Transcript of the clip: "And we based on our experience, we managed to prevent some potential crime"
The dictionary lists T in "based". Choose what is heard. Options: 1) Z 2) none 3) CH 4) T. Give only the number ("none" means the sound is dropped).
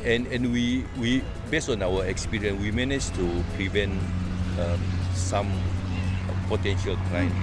2